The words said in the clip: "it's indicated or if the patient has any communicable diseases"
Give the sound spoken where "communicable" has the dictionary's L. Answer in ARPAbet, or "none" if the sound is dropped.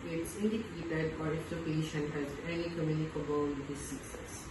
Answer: N